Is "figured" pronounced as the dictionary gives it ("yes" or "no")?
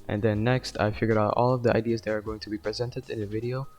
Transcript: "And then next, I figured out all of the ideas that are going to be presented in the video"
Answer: no